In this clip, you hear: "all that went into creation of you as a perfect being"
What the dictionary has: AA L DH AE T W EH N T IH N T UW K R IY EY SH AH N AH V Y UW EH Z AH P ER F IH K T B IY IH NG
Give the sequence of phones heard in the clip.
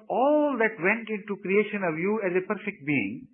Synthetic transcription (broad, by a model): AA L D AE T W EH N T IH N T UW K R IY EY SH AH N AH V Y UW EH Z AH P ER F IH K T B IY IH NG